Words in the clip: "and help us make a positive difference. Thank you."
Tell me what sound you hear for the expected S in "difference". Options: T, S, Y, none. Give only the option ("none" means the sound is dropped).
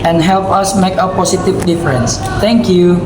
S